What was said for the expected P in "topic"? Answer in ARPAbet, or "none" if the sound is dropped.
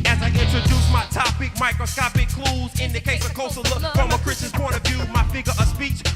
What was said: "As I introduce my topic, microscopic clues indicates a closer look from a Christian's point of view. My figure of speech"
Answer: P